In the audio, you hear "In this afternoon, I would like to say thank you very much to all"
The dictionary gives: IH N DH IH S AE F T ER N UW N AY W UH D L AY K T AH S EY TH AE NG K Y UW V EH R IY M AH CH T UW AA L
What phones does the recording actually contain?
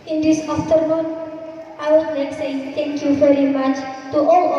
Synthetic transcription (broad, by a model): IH N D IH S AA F T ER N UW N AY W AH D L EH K S EY T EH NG K Y UW V EH R IY M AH CH T UW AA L